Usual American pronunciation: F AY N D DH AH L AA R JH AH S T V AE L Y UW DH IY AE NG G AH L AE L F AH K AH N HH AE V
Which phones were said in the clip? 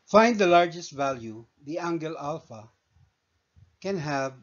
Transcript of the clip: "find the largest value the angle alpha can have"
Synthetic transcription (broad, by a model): F AY N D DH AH L AA R JH AH S T V AE L Y UW DH IY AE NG G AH L AE L F AH K AH N HH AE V